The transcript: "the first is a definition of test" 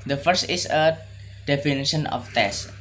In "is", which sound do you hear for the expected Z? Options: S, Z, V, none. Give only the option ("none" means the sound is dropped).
S